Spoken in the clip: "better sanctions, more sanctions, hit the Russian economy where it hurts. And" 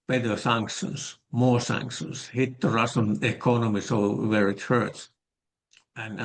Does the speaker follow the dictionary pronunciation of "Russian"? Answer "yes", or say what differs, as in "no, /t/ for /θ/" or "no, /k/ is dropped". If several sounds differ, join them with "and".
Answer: no, /s/ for /ʃ/